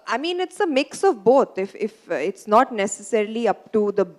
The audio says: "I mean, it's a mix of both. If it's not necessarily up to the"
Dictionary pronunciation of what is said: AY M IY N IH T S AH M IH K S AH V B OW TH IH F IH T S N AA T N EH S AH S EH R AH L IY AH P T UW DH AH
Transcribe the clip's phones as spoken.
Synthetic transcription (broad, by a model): AY M IY N IH T S AH M IH K S AH V B OW F IH F IH T S N AA T N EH S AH S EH R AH L IY AH P T UW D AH